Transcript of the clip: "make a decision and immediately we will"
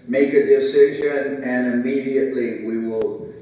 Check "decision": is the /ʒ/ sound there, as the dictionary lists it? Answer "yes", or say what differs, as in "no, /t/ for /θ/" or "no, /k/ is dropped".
yes